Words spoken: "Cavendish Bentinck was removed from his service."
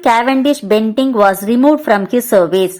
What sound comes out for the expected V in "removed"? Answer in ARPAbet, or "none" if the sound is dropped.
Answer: V